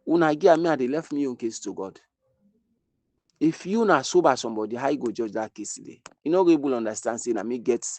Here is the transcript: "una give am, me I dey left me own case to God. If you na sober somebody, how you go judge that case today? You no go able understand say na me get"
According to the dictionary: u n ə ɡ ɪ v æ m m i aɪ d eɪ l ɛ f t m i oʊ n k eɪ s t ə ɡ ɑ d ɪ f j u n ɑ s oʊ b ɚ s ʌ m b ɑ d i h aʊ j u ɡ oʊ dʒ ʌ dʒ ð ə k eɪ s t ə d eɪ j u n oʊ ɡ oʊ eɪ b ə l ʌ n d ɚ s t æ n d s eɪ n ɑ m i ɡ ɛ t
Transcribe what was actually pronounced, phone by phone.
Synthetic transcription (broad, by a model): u n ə ɡ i ɑ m m i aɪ d eɪ l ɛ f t m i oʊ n k eɪ s t ə ɡ ɑ d ɪ f j u n ɑ s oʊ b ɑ s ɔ m b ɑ d i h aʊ j u ɡ oʊ dʒ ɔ dʒ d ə k eɪ s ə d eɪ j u n oʊ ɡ eɪ b ə l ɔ n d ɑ s t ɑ n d s eɪ n ɑ m i ɡ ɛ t